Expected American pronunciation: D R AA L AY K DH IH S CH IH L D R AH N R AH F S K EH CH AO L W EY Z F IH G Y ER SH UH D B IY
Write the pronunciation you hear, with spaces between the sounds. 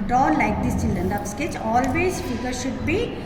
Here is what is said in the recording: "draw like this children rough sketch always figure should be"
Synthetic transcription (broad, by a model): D R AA L AY K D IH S CH IH L D R AH N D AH P S K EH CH AO L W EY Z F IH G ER SH UH D B IY